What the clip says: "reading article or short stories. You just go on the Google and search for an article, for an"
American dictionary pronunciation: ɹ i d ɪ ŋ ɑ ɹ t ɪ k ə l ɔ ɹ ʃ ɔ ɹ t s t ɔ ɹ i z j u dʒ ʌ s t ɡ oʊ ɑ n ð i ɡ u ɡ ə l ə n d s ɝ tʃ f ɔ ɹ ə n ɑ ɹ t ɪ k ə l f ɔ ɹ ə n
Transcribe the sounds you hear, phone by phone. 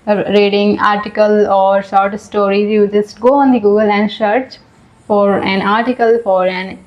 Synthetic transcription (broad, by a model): ɹ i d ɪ ŋ ɑ ɹ t ɪ k ə l ɔ ɹ s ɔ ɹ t s t ɔ ɹ i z j u dʒ ʌ s t ɡ oʊ ɑ n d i ɡ u ɡ ə l ə n d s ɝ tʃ f ɔ ɹ ə n ɑ ɹ t ɪ k ə l f ɔ ɹ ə n